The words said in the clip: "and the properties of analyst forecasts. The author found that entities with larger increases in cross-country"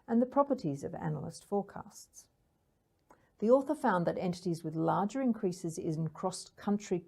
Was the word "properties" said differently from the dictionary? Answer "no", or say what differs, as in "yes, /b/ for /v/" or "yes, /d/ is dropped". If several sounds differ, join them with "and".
no